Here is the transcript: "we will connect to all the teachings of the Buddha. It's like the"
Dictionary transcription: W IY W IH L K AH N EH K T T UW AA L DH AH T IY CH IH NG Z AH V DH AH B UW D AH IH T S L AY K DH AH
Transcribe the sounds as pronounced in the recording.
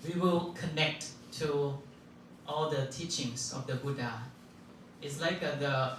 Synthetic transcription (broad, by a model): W IY W IH L K AH N EH K T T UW AA L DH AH T IY CH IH NG S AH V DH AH B UW D AH IH T S L AY K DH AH